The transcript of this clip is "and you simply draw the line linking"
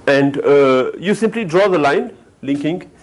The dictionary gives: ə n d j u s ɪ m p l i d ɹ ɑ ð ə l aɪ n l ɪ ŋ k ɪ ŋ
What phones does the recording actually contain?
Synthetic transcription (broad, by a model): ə n d j u s ɪ m p l i d ɹ ɑ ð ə l aɪ n l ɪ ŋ k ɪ ŋ